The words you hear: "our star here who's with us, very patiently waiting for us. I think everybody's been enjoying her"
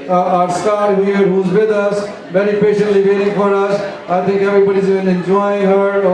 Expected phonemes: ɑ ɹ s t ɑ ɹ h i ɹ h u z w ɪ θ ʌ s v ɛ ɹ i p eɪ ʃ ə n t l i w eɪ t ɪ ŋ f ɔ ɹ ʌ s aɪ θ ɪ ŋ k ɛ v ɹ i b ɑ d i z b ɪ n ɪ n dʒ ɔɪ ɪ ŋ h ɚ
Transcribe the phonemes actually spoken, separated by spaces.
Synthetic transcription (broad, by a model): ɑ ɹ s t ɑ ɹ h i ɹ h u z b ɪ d ʌ s b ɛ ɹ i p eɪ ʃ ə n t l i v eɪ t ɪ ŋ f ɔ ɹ ʌ s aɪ t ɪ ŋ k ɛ b ɹ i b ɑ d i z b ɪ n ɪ n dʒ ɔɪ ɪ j h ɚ